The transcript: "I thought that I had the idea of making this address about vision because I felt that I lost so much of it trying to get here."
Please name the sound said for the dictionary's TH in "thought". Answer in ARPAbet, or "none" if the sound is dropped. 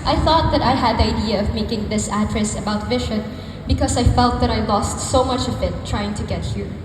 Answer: TH